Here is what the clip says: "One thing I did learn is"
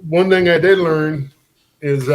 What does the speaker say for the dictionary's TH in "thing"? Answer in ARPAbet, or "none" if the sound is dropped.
TH